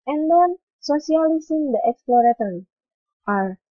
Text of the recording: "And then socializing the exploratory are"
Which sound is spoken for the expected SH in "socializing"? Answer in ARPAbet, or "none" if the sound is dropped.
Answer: S